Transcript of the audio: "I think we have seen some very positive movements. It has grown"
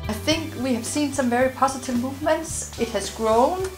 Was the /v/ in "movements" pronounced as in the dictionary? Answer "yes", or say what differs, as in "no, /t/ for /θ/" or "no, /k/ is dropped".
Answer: yes